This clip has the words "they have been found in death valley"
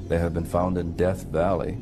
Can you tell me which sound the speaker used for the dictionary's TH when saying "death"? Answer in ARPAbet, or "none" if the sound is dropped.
TH